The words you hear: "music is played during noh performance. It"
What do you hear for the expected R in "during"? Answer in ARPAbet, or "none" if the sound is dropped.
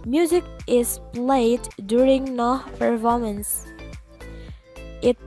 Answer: R